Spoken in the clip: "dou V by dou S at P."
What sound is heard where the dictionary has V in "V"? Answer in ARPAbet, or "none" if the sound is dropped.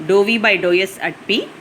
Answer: V